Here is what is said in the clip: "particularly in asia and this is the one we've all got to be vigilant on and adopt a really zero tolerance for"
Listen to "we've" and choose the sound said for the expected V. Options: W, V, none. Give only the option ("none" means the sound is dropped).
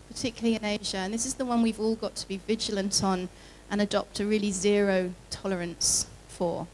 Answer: V